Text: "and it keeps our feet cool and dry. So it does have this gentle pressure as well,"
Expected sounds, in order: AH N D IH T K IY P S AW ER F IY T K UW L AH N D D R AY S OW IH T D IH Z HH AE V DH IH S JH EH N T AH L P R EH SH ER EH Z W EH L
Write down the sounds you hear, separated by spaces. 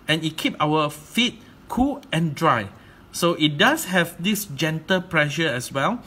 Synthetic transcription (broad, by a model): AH N IH T K IY P AW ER F IY T K UW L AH N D D R AY S OW IH T D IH S HH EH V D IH S JH EH N T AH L P R EH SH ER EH S W EH L